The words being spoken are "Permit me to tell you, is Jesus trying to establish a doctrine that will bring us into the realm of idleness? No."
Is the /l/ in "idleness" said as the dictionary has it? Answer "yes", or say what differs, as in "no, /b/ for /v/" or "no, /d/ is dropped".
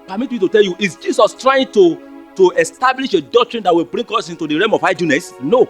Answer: no, /l/ is dropped